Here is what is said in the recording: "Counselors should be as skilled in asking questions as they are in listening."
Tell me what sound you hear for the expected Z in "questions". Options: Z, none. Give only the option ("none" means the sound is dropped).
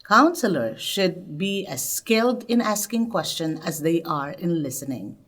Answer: none